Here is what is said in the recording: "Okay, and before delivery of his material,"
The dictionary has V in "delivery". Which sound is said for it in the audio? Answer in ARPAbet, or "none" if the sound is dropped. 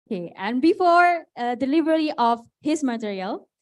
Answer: B